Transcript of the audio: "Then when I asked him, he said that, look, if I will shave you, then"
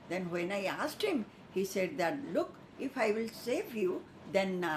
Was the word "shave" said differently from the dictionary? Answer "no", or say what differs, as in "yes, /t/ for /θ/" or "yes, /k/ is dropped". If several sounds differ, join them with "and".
yes, /s/ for /ʃ/